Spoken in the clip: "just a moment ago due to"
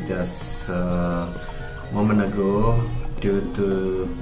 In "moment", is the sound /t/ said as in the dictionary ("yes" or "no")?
no